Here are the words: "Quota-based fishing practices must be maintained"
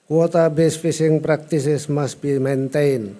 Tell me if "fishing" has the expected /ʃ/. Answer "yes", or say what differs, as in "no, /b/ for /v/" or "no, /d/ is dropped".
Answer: no, /s/ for /ʃ/